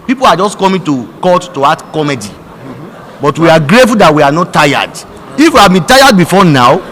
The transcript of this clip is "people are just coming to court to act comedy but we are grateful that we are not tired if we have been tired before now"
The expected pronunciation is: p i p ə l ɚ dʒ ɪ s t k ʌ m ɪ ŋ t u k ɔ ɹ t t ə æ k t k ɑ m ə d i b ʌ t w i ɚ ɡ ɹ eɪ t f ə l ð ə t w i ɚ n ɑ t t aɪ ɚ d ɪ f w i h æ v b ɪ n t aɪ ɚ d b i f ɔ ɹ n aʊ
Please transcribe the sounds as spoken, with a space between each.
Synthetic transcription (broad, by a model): p i p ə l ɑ dʒ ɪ s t k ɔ m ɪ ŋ t u k ɔ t t ə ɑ t k ɑ m ə d i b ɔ t w i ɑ ɡ ɹ eɪ t f ə l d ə t w i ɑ n ɑ t t aɪ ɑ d ɪ f w i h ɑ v b ɪ n t aɪ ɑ d b i f ɔ n aʊ